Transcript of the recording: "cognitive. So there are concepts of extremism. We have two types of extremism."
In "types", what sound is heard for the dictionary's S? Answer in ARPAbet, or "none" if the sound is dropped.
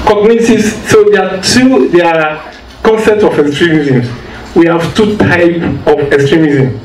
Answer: none